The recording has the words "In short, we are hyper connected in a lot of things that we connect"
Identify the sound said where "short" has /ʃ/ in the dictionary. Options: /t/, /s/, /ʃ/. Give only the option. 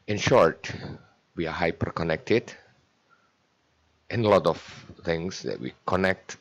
/ʃ/